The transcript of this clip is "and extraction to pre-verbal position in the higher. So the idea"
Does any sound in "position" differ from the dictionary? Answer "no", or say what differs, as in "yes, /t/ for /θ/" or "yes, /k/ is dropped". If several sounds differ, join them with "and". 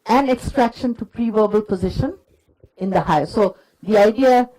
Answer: no